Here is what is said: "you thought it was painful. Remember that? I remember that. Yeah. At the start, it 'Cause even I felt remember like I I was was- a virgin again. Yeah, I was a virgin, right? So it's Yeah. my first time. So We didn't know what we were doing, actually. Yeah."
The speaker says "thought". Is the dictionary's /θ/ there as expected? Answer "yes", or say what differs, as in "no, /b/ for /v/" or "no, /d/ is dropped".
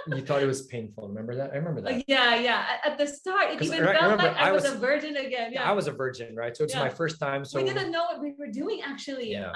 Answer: yes